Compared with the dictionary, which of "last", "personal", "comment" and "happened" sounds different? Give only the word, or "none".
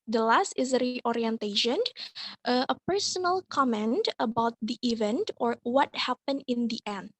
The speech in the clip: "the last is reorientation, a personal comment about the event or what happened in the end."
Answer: happened